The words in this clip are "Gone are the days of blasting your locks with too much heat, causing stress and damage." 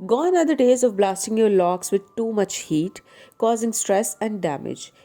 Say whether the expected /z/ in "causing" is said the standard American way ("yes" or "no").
yes